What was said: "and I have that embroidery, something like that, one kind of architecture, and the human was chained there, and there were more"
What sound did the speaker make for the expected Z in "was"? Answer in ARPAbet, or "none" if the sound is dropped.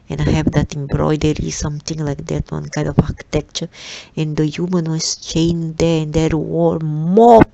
S